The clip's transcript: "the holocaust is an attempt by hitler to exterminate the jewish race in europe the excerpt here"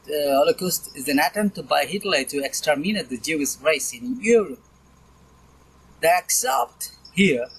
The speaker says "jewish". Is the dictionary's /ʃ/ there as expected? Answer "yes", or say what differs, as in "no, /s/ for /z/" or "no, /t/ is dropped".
no, /s/ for /ʃ/